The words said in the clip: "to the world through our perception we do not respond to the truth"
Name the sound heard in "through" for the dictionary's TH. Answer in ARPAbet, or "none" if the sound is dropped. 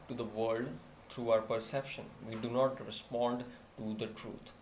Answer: T